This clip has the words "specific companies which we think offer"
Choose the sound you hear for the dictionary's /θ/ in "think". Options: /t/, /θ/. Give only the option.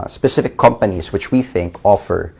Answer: /θ/